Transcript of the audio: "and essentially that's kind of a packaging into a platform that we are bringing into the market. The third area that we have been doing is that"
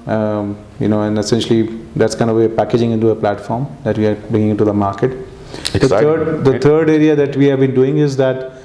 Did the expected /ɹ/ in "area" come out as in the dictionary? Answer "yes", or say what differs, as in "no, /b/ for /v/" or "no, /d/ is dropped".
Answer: yes